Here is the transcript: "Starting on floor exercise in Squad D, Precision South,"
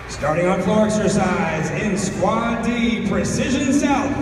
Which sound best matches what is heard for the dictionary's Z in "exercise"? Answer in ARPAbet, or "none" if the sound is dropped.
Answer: Z